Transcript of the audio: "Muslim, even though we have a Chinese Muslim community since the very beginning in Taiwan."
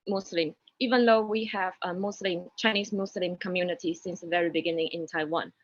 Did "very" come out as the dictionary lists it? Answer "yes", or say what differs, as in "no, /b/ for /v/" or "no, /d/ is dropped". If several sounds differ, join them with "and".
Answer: yes